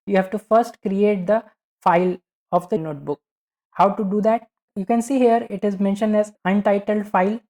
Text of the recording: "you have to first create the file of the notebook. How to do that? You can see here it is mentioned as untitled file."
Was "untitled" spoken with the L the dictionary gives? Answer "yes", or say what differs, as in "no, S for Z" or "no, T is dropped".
yes